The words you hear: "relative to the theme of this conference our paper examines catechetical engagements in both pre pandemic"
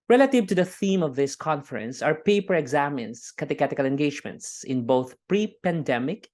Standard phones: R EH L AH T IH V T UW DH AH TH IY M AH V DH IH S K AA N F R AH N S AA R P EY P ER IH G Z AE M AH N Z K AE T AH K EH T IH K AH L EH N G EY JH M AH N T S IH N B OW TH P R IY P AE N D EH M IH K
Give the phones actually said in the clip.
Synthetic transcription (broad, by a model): R EH L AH T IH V T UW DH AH TH IY M AH V DH IH S K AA N F R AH N S AA R P EY P ER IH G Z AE M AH N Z K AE T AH K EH T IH K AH L EH N G EY JH M AH N T S IH N B OW TH P R IY P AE N D EH M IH K